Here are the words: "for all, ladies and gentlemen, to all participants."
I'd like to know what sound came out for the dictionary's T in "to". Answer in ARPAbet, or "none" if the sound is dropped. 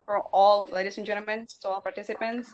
S